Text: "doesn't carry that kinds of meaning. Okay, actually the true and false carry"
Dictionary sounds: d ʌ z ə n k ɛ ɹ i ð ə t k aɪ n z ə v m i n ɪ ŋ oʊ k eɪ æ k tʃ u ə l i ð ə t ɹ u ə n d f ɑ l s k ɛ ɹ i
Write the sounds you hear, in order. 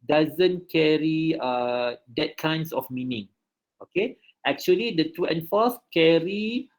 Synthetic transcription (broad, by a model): d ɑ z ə n k ɛ ɹ i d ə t k aɪ n s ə f m i n ɪ ŋ oʊ k eɪ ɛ k tʃ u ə l i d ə t u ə n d f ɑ s k ɛ ɹ i